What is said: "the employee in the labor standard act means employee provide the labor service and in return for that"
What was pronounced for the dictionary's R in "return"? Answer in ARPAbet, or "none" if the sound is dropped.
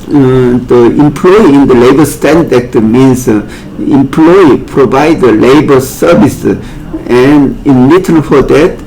L